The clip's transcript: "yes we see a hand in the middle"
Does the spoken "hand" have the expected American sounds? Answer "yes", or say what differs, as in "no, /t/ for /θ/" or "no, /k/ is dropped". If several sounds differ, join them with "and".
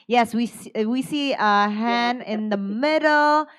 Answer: no, /d/ is dropped